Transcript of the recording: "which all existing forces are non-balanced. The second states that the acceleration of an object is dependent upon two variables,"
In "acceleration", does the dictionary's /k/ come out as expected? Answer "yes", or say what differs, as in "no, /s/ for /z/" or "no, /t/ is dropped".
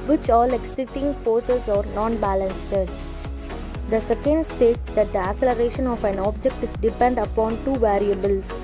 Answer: no, /k/ is dropped